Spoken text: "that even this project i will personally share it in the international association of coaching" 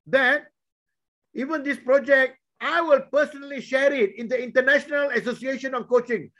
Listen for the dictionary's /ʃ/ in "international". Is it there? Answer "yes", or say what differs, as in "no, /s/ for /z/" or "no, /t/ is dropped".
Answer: yes